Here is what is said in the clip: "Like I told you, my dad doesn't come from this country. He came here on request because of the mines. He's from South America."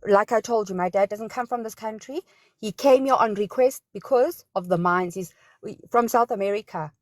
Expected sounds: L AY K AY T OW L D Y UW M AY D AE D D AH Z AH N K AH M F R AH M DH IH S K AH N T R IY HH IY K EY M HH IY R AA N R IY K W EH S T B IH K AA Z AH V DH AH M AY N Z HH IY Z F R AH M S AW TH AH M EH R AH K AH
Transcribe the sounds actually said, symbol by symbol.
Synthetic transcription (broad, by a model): L AY K AY T OW L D Y UW M AY D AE D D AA Z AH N K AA M F R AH M DH IH S K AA N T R IY HH IY K EY M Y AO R AA N R IY K W EH S T B IH K AA Z AH V DH AH M AY N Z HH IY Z F R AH M S AW TH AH M EH R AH K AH